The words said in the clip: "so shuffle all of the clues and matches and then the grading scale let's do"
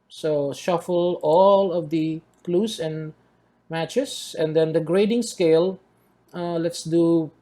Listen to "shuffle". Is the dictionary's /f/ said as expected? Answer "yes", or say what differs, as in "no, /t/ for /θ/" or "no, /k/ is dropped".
yes